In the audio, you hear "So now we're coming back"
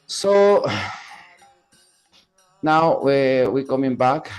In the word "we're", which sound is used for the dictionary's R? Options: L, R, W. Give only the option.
W